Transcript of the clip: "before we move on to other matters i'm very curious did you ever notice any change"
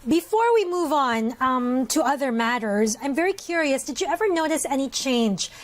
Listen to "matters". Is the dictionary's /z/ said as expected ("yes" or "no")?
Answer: yes